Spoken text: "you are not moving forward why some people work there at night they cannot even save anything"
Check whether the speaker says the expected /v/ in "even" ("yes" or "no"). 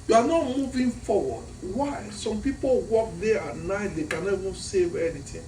yes